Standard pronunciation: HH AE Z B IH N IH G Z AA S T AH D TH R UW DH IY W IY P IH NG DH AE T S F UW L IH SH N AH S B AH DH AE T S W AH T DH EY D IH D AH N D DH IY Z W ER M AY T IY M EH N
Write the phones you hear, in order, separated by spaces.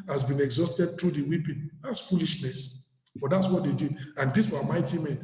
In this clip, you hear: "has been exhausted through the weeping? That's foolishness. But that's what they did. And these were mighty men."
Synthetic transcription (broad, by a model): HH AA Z B IH N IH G Z AA S T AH D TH R UW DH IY W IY P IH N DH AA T S F UW L IH SH N AH S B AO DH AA T S W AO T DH EY D IH D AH N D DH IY S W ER M AY T IY M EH N